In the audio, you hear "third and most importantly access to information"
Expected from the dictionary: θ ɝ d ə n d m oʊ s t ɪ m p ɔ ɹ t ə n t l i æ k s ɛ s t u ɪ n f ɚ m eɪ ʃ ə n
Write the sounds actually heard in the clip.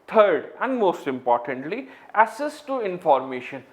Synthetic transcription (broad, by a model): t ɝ d ə n d m oʊ s t ɪ m p ɔ ɹ t ə n t l i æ s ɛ s t u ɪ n f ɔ m eɪ ʃ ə n